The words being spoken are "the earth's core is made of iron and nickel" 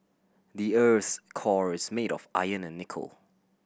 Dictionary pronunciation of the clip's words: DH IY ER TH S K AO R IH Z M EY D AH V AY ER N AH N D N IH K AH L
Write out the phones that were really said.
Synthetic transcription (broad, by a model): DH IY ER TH K AO R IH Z M EY D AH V AY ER N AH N N IH K AH L